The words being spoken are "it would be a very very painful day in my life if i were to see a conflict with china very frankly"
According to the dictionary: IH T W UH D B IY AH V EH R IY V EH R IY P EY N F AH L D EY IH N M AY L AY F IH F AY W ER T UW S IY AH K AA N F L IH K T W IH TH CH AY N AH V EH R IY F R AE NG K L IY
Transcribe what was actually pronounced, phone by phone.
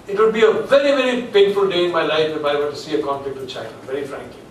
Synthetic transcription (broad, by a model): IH T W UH D B IY AH V EH R IY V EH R IY P EY N F AH L D EY IH N M AY L AY F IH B AY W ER T UW S IY AH K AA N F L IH K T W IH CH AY AH V EH R IY F R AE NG K L IY